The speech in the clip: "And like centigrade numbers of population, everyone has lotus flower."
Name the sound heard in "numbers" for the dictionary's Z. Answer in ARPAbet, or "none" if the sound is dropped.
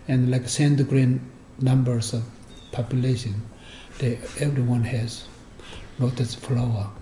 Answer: S